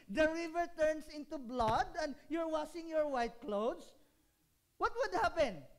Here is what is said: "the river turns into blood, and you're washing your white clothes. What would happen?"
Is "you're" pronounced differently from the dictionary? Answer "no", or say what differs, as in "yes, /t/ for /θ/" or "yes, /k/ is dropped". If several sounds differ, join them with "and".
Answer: no